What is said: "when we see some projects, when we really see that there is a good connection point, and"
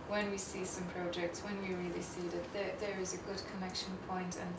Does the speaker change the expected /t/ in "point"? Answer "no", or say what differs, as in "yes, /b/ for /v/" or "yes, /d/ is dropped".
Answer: no